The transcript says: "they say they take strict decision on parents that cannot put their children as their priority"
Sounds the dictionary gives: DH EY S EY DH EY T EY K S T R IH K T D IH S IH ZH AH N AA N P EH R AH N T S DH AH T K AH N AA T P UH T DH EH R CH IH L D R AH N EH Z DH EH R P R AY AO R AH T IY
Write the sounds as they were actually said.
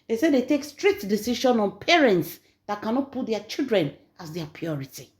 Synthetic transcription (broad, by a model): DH EY S EY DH EY T EY K S T R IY K T D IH S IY SH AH N AA N P EH R AH N T S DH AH T K AH N AA T P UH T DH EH CH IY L D R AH N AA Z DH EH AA P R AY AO R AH T IY